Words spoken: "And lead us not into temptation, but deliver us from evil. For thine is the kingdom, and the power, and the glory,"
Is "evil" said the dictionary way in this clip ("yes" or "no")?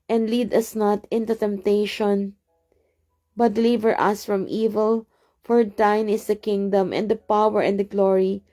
yes